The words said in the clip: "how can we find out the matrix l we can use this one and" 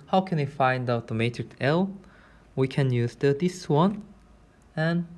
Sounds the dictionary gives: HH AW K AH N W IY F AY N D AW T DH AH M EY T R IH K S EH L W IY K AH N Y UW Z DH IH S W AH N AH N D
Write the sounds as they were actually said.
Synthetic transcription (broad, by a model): HH AW K AH N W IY F AY N D AW T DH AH M EY T R IH K S EH L W IY K AH N Y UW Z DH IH S W AH N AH N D